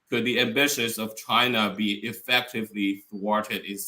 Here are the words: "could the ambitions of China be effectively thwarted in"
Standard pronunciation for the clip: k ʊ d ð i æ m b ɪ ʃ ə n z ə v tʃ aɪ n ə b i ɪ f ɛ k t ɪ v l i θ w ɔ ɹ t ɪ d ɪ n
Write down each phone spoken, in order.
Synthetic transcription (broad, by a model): k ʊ d ð i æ m b ɪ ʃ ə z ə v tʃ aɪ n ə b i ɪ f ɛ k t ɪ v l i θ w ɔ ɹ t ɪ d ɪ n